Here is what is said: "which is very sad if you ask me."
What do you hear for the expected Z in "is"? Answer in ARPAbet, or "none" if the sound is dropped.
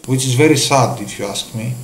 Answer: Z